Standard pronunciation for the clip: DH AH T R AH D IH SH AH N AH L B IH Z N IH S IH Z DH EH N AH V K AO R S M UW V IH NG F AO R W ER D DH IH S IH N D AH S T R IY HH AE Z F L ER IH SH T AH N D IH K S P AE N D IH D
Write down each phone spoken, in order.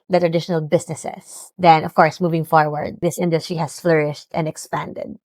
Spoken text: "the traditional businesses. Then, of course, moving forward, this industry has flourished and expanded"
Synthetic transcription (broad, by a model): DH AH T R AH D IH SH AH N AH L B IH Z N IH S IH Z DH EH N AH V K AO R S M UW V IH NG F AO R W ER D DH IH S IH N D AH S T R IY HH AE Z F L ER IH SH T AH N D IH K S P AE N D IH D